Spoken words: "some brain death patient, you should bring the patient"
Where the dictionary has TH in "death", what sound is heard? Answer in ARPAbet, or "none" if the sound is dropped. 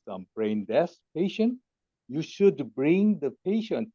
S